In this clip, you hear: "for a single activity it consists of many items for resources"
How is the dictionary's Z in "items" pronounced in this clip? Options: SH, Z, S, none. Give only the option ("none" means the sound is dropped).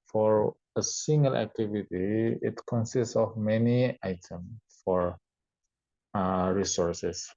none